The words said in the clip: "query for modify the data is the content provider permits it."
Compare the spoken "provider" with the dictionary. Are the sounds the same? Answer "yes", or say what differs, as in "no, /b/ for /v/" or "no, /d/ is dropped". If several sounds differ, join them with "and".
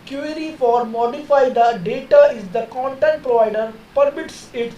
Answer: yes